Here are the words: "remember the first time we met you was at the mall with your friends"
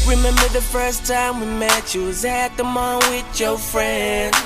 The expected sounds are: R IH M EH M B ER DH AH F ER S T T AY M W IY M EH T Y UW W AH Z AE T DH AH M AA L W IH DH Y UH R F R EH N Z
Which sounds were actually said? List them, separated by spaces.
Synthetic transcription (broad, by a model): R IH M EH M B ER DH AH F ER S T T AY M W IY M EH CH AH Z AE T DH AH M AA N W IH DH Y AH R F R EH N